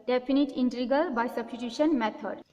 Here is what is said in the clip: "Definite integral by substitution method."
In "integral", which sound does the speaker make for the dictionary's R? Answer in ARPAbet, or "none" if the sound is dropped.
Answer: none